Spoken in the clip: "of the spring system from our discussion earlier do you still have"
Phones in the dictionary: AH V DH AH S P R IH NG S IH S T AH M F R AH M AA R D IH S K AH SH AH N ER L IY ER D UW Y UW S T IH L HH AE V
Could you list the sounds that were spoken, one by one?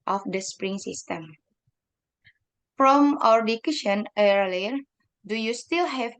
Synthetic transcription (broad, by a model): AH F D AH S P R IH NG S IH S T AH M F R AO M AA R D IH K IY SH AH N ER L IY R D UW Y UW S T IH L HH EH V